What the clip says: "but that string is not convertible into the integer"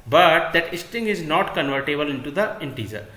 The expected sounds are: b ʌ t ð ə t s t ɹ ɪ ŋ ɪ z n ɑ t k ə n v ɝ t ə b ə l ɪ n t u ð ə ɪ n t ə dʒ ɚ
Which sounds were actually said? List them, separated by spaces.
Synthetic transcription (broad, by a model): b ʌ t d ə t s t ɪ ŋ ɪ z n ɑ t k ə n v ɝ t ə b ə l ɪ n t u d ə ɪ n t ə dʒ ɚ